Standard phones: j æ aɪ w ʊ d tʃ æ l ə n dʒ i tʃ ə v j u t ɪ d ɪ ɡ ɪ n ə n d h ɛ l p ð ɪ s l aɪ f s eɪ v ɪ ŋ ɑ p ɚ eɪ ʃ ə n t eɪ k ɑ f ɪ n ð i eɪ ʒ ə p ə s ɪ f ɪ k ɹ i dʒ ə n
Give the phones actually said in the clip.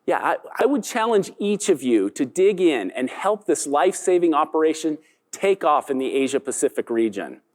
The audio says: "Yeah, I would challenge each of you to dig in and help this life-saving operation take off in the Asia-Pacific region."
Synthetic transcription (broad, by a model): j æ aɪ w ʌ d tʃ æ l ə n dʒ i tʃ ə v j u t ɪ d ɪ ɡ ɪ n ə n h ɛ l p ð ɪ s l aɪ f s eɪ v ɪ ŋ ɑ p ɚ eɪ ʃ ə n t eɪ k ɑ f ɪ n ð i eɪ ʒ ə p ə s ɪ f ɪ k ɹ i dʒ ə n